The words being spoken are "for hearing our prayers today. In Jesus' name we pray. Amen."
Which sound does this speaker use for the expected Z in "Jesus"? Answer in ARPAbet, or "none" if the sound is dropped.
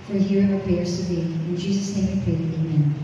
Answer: Z